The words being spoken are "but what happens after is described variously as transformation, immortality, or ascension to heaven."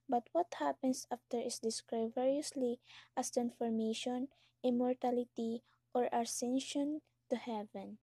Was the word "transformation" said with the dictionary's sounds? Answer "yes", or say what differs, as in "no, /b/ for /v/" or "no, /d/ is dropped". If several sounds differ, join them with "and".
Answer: no, /s/ is dropped